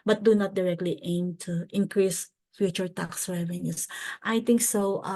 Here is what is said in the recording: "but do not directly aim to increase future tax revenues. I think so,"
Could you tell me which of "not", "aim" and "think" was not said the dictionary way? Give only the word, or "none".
think